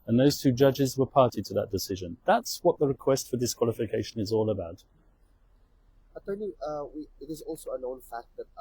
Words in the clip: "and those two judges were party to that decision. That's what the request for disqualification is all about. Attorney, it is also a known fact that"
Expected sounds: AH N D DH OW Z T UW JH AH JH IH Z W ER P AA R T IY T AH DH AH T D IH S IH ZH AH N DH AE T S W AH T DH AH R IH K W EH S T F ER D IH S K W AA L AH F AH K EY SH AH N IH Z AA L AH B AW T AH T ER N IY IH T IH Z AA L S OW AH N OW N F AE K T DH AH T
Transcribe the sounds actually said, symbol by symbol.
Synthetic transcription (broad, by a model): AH N DH OW Z T UW JH AH JH IH Z W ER P AA R T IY T AH DH AH T D IH S IH ZH AH N DH AE T S W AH T DH AH R IH K W EH S T F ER D IH S K W AA L AH F AH K EY SH AH N IH Z AA L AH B AW T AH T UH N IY IH T IH Z AA L S OW AH N OW N F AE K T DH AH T